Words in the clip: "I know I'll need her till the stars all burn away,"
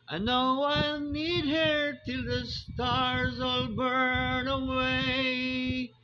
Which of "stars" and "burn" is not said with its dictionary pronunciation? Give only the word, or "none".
none